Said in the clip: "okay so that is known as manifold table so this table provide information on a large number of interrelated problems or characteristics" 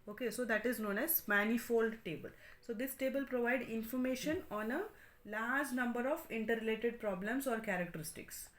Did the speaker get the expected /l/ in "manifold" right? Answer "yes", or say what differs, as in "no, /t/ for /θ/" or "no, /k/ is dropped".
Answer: yes